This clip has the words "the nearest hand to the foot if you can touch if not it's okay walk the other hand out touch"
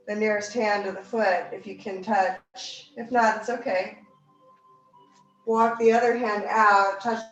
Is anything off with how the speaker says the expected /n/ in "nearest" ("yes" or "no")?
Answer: no